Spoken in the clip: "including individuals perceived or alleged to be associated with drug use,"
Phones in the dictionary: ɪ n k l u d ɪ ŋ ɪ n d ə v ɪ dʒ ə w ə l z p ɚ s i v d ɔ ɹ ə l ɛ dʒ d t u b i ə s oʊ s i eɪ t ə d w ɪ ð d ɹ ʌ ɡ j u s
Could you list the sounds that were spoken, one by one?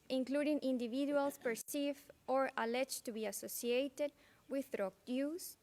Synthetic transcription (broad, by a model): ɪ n k l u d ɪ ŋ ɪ n d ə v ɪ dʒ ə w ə l s p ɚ s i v ɔ ɹ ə l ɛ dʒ t u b i ə s oʊ s i eɪ t ə d w ɪ ð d ɹ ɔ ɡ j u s